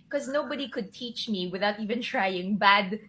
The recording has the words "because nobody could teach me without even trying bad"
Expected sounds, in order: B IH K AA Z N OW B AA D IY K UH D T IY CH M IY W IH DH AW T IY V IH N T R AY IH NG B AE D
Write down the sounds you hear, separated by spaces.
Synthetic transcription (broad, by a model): K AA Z N OW B AA D IY K UH D T IY CH M IY W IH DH AW T IY V IH N T R AY IH NG B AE D